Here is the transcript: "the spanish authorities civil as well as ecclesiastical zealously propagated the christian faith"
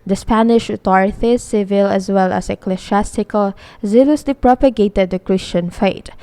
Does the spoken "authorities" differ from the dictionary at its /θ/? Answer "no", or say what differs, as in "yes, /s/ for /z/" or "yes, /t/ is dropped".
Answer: yes, /t/ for /θ/